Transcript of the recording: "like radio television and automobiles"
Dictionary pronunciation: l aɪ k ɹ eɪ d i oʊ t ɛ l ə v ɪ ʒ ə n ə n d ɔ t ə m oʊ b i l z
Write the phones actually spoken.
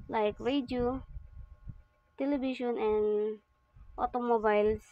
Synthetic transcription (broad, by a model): l aɪ k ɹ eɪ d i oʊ t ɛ l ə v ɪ ʃ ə n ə n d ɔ t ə m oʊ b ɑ l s